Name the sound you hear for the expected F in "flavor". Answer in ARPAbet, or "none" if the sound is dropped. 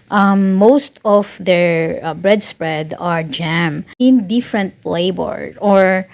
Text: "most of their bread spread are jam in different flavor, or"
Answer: P